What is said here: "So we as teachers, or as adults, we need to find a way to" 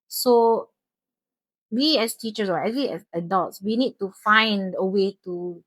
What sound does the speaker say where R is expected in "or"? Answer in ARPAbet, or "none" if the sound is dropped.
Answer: W